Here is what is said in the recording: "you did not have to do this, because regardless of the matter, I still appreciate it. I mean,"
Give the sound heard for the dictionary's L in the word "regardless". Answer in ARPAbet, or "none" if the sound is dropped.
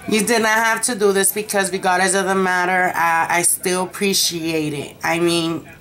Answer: none